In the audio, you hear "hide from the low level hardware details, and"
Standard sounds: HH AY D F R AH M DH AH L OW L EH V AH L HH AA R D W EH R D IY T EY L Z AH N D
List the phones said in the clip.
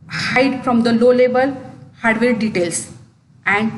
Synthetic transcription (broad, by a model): HH AY D F R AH M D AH L OW L EH B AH L HH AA R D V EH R D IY T EY L S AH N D